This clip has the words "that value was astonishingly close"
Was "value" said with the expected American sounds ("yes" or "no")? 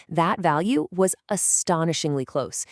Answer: yes